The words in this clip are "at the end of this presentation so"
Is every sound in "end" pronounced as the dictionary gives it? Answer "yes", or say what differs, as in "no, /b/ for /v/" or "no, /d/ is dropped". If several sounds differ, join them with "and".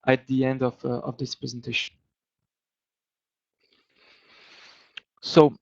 yes